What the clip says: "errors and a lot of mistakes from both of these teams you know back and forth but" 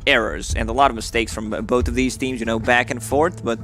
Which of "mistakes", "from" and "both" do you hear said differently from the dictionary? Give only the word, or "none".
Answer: none